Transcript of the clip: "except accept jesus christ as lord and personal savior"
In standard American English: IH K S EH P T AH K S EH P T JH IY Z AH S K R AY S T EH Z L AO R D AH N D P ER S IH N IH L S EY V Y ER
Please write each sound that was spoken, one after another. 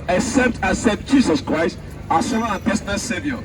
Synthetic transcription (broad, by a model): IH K S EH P T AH S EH T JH IY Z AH S K R AY S T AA S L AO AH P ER S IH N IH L S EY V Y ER